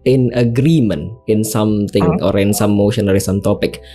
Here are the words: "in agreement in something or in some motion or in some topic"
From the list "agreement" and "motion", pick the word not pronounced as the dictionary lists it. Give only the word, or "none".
agreement